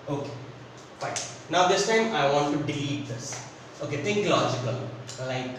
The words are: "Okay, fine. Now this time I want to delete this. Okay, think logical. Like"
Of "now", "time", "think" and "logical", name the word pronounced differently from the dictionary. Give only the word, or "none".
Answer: think